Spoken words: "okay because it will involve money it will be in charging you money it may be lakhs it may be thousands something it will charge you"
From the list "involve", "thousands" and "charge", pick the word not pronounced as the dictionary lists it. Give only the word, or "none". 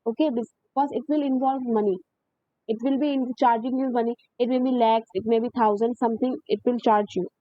thousands